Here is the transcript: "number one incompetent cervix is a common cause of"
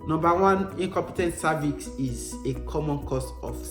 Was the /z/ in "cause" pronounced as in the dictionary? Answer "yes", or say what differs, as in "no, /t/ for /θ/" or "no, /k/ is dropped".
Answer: no, /s/ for /z/